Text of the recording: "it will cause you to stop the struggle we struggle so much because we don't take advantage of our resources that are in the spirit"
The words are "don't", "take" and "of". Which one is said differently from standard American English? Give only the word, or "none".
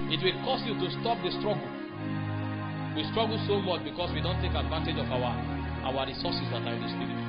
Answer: of